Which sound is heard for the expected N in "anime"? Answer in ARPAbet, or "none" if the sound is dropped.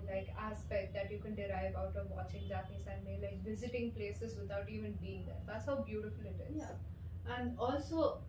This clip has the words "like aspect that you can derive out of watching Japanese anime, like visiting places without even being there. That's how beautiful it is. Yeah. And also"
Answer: none